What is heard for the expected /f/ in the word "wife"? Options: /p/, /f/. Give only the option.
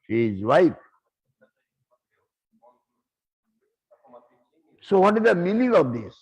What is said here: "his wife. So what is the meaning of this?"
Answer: /p/